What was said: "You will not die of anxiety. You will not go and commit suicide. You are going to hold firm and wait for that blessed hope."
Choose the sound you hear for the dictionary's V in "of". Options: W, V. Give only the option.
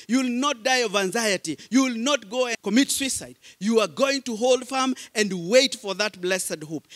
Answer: V